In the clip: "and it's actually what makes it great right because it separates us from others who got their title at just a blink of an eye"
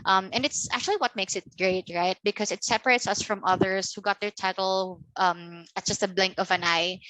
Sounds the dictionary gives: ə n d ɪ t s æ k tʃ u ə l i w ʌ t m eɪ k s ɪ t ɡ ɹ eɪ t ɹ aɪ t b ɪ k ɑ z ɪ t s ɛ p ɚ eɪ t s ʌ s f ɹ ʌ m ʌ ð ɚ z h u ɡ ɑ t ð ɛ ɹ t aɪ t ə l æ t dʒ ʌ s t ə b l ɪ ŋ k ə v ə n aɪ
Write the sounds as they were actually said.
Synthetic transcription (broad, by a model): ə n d ɪ t s æ k tʃ u ə l i w ʌ t m eɪ k s ɪ t ɡ ɹ eɪ t ɹ aɪ t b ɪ k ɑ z ɪ t s ɛ p ɚ eɪ t s ʌ s f ɹ ʌ m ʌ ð ɚ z h u ɡ ɑ t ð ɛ ɹ t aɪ t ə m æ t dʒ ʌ s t ə b l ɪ ŋ k ə v ə n aɪ